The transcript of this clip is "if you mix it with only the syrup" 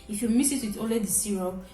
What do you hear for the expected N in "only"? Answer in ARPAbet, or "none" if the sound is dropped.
none